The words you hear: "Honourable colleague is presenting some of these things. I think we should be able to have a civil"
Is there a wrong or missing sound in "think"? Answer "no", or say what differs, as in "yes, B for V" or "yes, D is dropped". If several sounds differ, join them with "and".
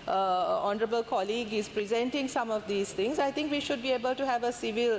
yes, T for TH